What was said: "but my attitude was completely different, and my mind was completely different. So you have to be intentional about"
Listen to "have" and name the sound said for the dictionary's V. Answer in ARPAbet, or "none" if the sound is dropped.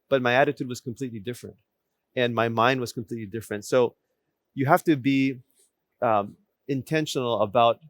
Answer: F